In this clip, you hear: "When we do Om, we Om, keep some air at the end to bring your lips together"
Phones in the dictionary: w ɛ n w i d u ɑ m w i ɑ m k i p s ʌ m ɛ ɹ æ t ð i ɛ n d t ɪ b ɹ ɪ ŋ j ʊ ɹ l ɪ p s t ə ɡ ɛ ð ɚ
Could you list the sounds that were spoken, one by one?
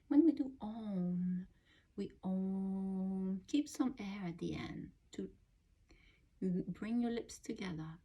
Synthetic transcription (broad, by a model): w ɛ n w i d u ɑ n w i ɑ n k i p s ʌ m ɛ ɹ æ t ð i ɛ n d t ɪ b ɹ ɪ ŋ j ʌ ɹ l ɪ p s t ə ɡ ɛ ð ɚ